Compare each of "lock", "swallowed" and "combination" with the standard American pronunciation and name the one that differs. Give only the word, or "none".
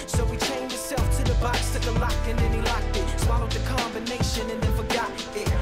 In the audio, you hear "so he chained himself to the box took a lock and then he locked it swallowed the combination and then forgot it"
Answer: swallowed